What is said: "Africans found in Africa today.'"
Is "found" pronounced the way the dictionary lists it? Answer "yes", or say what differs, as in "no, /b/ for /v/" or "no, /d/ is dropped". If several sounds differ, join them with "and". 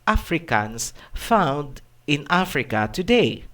yes